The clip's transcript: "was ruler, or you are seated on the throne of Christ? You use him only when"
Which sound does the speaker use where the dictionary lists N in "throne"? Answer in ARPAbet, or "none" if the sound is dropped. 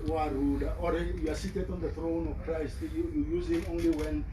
N